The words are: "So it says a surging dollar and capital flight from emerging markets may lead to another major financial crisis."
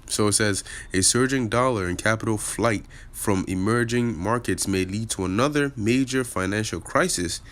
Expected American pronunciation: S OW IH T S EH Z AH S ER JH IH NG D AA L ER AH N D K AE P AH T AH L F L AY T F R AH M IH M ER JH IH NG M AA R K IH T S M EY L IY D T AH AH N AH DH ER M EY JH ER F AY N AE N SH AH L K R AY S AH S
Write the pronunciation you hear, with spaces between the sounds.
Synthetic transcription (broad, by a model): S OW IH T S EH Z AH S ER JH IH NG D AA L ER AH N K AE P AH T L F L AY T F R AH M IH M ER JH IH NG M AA R K IH T S M EY L IY D T AH AH N AH DH ER M EY JH ER F AY N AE N SH L K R AY S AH S